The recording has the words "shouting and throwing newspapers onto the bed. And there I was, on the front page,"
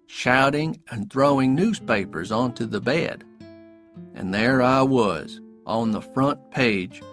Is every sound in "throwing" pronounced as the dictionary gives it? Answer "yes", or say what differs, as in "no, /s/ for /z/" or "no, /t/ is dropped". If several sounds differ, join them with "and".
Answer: yes